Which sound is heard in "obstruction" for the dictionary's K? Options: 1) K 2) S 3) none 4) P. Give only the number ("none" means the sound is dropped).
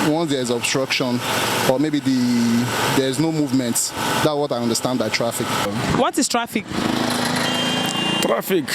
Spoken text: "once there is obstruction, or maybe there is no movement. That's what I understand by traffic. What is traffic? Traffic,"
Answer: 1